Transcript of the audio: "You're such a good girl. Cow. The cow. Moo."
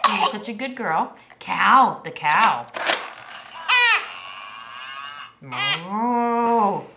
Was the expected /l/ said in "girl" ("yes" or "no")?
yes